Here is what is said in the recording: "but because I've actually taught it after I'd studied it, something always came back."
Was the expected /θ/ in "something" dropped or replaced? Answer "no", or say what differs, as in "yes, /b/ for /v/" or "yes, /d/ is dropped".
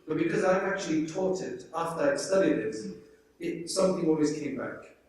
no